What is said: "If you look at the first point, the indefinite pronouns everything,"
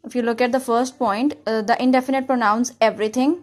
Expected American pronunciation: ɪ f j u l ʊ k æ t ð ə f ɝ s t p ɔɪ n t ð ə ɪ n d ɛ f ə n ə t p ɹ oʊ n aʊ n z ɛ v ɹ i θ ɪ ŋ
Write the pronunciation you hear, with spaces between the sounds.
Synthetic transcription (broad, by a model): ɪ f j u l ʊ k æ t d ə f ɝ s t p ɔɪ n t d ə ɪ n d ɛ f ə n ə t p ɹ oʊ n aʊ n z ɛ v ɹ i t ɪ ŋ